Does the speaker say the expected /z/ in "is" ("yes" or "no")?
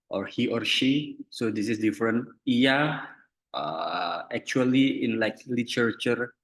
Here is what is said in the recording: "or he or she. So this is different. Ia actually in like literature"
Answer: no